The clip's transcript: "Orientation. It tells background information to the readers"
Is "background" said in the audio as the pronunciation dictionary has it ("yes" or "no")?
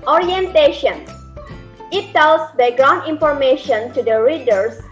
no